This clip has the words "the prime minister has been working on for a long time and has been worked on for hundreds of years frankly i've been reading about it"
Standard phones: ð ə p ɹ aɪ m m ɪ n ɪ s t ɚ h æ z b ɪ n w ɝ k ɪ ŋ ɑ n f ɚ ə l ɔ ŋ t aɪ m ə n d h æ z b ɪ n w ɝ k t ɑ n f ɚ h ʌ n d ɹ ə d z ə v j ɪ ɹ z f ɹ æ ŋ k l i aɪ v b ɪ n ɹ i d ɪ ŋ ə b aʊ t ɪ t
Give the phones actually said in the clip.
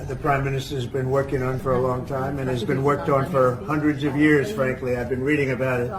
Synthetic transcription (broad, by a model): ð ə p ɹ aɪ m m ɪ n ɪ s t ɚ z b ɪ n w ɝ k ɪ ŋ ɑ n f ɚ ə l ɔ ŋ t aɪ m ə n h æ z b ɪ n w ɝ k t n f ɚ h ʌ n d ɹ ə d z ə v j ɪ ɹ z f ɹ æ ŋ k l i aɪ v b ɪ n ɹ i d ɪ ŋ ə b aʊ t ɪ t